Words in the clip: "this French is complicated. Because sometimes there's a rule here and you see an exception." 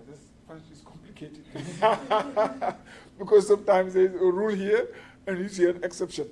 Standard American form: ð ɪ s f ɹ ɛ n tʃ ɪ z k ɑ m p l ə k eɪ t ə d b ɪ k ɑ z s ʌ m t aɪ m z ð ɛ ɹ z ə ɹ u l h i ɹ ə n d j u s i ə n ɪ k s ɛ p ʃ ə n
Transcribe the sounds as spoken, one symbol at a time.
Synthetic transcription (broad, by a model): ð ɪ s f ɛ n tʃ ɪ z k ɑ m p l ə k eɪ t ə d b ɪ k ɑ z s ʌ m t aɪ m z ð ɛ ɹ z ə ɹ u l h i ɹ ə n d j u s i ə n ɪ k s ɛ p ʃ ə n